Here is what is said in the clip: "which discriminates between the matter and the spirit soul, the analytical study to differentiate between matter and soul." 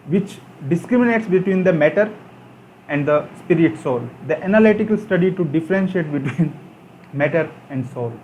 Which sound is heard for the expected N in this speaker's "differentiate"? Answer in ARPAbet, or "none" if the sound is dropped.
N